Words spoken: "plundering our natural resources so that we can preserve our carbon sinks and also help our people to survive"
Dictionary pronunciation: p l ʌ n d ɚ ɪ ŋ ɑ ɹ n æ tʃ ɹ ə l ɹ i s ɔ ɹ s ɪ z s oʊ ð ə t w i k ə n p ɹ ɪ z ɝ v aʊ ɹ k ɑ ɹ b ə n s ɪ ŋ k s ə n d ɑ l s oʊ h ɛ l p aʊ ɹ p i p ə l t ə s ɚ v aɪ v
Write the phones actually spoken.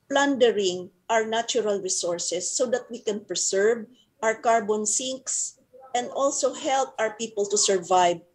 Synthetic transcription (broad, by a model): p l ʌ n d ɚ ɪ ŋ ɑ ɹ n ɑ tʃ ɹ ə l ɹ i s ɔ ɹ s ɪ s oʊ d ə t w i k ə n p ɹ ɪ s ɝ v aʊ ɹ k ɑ ɹ b ə n s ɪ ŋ k s ə n d ɑ l s oʊ h ɛ l p aʊ ɹ p i p ə l t ə s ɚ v aɪ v